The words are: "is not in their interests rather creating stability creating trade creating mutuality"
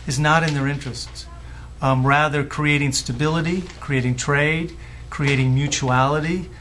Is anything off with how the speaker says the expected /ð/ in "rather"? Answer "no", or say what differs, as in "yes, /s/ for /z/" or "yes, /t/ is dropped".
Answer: no